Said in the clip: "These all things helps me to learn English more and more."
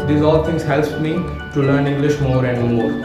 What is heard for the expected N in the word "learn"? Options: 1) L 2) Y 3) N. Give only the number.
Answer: 3